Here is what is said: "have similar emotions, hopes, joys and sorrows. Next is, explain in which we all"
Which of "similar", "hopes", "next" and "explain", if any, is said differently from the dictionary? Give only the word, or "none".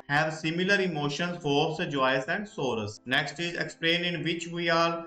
hopes